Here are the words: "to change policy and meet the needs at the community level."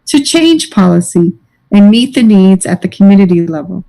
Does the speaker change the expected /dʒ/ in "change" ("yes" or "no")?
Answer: yes